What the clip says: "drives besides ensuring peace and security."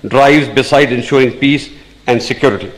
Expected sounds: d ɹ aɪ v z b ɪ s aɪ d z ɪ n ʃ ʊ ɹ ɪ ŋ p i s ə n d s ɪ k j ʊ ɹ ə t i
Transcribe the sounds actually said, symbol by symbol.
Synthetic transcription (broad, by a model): d ɹ aɪ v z b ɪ s aɪ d ɪ n ʃ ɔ ɹ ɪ ŋ p i s ə n d s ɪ k j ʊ ɹ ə t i